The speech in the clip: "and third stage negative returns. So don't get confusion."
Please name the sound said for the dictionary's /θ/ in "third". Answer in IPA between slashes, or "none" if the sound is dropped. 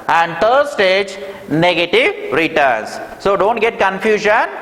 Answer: /t/